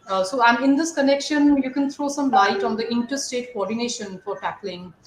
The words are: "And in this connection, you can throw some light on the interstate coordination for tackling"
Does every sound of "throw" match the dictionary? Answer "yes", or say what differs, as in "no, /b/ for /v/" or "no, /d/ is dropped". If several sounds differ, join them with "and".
no, /t/ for /θ/